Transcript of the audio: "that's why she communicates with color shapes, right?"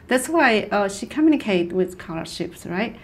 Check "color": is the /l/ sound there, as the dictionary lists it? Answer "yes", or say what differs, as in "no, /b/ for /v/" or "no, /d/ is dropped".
yes